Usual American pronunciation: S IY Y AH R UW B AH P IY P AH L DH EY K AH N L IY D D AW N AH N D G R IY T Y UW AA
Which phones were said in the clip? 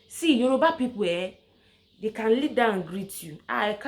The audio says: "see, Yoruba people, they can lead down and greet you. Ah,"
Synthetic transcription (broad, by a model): S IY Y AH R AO B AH P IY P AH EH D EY K AH N L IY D D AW AH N G R IY T Y UW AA